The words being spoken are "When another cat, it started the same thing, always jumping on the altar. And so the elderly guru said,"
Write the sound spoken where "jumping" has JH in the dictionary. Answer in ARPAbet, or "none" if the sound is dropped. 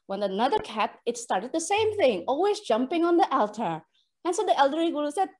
JH